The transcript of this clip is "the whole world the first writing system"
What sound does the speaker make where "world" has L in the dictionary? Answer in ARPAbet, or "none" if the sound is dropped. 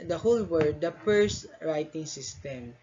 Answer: none